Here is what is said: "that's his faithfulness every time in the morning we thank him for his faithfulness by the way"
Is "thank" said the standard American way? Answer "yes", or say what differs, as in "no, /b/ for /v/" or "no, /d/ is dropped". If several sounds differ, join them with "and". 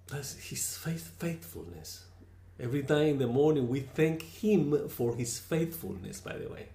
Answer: yes